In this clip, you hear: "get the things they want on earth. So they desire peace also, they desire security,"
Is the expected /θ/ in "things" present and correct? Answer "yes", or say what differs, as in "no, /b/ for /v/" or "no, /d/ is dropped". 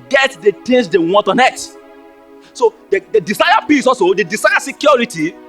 no, /t/ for /θ/